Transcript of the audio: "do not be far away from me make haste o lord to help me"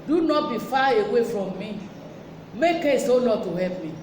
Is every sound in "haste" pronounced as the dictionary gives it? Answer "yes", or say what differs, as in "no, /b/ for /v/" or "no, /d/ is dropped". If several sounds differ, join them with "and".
no, /t/ is dropped